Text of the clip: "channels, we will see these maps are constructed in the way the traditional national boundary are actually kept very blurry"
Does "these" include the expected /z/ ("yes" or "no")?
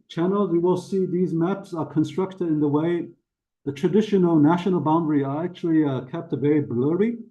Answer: yes